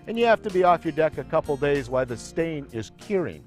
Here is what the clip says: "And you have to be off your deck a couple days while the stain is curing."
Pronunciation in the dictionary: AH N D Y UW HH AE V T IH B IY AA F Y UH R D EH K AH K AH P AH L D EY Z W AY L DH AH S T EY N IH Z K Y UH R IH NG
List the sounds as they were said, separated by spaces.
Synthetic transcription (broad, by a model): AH N Y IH HH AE F T IH B IY AA F Y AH R D EH K AH K AH P L D EY Z W AY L DH AH S T EY N IH Z K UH R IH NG